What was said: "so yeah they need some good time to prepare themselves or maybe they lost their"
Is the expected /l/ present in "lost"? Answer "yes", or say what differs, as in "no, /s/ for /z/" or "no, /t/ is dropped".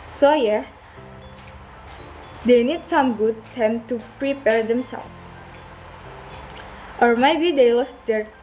no, /w/ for /l/